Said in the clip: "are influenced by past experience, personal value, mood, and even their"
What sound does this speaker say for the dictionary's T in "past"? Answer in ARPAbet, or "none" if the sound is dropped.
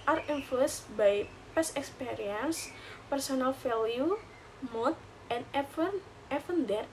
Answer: none